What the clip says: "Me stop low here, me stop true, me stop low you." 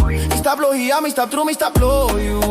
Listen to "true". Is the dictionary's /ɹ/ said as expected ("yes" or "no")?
yes